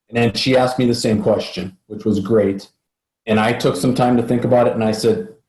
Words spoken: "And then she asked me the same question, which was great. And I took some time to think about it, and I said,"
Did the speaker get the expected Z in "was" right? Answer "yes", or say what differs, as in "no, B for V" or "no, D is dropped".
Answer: yes